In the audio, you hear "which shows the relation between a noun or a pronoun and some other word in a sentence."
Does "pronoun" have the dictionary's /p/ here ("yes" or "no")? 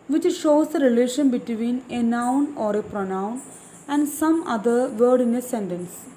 yes